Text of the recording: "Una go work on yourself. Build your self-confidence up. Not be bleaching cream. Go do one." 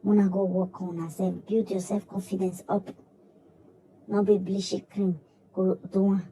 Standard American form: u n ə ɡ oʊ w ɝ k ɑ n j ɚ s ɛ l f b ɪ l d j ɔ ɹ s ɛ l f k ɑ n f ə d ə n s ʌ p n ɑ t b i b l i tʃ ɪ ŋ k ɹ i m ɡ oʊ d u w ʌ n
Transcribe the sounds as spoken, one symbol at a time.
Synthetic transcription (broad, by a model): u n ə ɡ oʊ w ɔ k ɑ n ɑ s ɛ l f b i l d j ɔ s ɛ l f k ɑ n f ə d ə n s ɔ p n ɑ b i b l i ʃ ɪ k ɹ i m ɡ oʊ d u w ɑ